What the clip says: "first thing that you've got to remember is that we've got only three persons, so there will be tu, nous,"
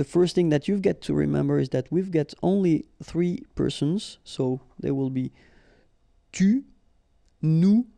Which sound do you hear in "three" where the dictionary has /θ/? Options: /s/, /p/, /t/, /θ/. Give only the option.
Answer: /θ/